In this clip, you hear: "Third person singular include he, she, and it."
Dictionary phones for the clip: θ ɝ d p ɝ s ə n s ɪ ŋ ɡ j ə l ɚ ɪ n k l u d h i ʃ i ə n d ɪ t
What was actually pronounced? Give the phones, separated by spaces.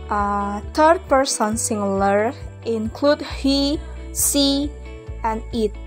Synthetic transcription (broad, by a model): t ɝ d p ɝ s ə n s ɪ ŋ l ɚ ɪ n k l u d h i s i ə n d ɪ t